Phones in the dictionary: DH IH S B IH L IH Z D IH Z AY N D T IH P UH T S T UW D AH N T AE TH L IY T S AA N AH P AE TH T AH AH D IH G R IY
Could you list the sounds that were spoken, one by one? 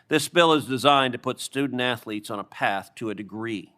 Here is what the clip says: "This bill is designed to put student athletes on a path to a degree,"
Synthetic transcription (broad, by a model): DH IH S B IH L IH Z D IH Z AY N T IH P UH T S T UW D N T AE TH L IY T S N AH P AE TH T AH AH D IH G R IY